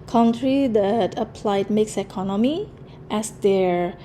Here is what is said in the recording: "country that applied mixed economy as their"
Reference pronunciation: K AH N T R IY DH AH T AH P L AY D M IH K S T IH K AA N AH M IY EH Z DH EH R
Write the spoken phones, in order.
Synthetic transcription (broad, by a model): K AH N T R IY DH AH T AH P L AY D M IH K S IH K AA N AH M IY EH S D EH R